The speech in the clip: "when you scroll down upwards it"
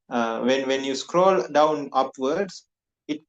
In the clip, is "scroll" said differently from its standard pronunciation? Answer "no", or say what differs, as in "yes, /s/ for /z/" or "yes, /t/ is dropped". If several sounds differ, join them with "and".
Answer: no